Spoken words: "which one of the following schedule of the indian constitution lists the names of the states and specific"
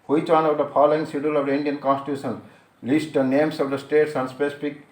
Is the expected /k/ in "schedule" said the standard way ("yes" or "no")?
no